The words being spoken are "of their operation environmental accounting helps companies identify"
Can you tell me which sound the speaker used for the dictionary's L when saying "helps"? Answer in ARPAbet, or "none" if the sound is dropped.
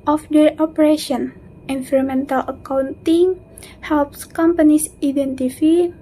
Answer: L